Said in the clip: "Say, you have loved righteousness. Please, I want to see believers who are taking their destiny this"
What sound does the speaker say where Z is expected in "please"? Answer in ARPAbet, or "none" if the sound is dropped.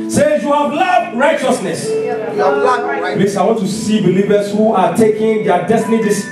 S